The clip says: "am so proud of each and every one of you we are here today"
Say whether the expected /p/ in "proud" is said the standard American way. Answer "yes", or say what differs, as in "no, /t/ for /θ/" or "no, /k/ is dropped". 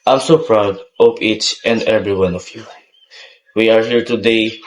yes